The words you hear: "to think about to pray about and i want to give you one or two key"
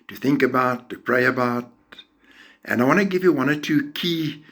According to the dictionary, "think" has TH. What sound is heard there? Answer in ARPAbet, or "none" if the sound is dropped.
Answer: TH